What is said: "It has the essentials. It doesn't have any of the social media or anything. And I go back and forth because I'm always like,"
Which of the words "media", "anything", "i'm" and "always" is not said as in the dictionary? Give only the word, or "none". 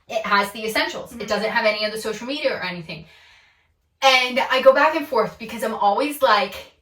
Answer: none